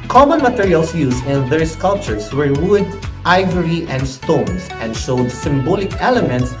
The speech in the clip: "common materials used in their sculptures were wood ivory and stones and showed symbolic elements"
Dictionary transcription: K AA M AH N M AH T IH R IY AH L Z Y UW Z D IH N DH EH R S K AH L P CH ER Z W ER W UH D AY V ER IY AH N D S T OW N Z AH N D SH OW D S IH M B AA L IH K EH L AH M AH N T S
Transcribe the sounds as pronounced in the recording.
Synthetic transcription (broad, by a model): K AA M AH N M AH T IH R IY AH L S Y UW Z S IH N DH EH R S K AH L P CH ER S W ER W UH D AY V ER IY AH N D S T OW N S AH N D SH OW D S IH M B AA L IH K EH L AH M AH N T S